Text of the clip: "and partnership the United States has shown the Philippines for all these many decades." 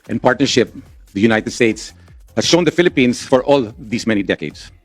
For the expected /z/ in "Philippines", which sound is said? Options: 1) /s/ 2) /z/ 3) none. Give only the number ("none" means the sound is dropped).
1